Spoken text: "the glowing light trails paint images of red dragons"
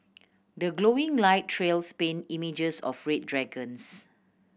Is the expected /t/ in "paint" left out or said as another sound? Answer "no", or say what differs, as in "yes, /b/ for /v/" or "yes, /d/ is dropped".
yes, /t/ is dropped